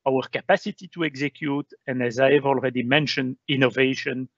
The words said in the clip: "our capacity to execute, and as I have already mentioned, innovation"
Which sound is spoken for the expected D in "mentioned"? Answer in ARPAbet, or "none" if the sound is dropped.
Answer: D